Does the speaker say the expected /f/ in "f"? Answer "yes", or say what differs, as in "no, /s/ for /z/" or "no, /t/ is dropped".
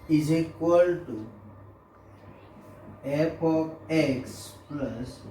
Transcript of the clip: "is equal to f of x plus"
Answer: no, /p/ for /f/